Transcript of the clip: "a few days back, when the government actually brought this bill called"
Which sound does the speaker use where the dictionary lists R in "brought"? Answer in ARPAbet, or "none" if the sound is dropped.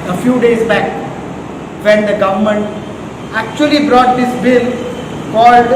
R